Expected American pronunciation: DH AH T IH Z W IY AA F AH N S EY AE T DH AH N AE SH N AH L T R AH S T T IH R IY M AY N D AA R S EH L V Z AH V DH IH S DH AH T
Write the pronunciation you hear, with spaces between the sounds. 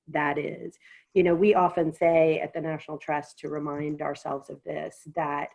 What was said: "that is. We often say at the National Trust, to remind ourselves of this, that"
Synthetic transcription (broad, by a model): DH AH T IH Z W IY AA F AH N S EY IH T DH AH N AE SH N L T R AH S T T IH R IY M AY N D AA R S EH L V Z AH V DH IH S DH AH T